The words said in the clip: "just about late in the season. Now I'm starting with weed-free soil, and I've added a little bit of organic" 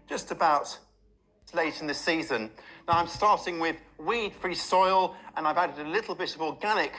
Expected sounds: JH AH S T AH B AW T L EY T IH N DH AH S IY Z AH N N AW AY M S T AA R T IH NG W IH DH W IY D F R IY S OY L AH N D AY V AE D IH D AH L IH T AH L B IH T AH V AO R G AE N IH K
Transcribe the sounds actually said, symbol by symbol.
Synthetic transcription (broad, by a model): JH AH S T AH B AW T L EY T IH N DH AH S IY Z AH N N AW AY M S T AA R T IH NG W IH DH W IY D F R IY S OY L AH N AY V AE D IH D AH L IH T L B IH T AH V AO G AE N IH K